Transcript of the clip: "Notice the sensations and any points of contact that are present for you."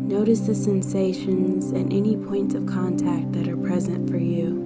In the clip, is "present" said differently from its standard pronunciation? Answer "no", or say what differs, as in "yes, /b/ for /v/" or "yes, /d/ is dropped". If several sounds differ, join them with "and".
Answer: no